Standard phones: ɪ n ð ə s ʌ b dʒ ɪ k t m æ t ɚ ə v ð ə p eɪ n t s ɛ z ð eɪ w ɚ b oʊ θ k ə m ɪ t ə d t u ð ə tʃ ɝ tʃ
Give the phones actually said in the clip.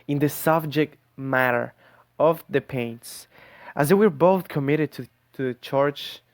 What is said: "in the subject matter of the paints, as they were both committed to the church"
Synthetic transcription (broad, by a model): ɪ n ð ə s ʌ b dʒ ɪ k t m æ t ɚ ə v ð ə p eɪ n t s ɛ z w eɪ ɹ b oʊ θ k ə m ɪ t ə d t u ð ə tʃ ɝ tʃ